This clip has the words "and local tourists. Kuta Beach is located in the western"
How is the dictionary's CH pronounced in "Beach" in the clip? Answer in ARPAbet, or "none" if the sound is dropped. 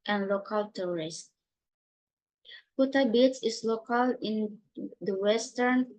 S